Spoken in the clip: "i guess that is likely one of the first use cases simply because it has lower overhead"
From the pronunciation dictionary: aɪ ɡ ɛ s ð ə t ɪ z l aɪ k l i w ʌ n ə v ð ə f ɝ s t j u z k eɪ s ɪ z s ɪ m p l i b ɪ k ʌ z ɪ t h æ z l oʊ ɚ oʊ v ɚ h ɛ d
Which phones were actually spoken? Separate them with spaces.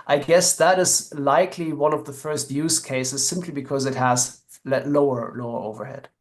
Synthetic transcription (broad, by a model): aɪ ɡ ɛ s ð ə t ɪ z l aɪ k l i w ʌ n ə v ð ə f ɝ s t j u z k eɪ s ɪ z s ɪ m p l i b ɪ k ʌ z ɪ t h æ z l oʊ ɚ oʊ v ɚ h ɛ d